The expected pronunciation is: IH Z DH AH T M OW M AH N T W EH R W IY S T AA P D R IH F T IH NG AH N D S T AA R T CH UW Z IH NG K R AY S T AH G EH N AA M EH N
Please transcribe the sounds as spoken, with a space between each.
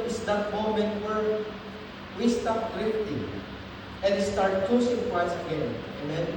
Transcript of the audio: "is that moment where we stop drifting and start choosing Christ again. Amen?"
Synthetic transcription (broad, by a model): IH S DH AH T M OW M AH N T W EH R W IY S T AA P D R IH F T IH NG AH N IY S T AA R T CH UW S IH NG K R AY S AH G EH N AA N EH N